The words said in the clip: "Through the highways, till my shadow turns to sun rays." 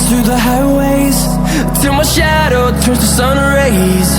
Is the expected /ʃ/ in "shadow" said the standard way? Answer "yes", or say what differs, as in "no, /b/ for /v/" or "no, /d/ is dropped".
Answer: yes